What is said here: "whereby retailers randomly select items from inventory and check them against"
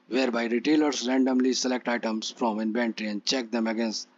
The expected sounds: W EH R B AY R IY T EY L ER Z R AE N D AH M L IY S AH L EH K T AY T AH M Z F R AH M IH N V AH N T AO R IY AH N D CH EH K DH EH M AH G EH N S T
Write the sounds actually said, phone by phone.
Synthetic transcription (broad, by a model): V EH R B AY R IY T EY L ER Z R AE N D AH M L IY S AH L EH K T AY T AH M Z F R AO M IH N B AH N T R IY AH N D CH EH K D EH M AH G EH N S T